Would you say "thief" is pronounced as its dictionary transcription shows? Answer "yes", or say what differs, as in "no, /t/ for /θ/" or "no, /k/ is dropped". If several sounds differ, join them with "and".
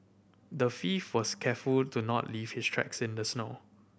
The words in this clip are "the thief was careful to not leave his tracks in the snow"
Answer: no, /f/ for /θ/